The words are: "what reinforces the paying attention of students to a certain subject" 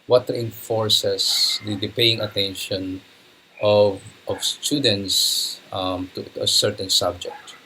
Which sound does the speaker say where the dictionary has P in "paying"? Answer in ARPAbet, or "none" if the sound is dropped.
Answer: P